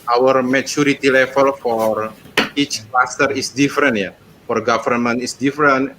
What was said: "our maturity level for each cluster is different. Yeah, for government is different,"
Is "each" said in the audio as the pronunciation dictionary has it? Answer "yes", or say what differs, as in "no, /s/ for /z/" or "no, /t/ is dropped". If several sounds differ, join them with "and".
yes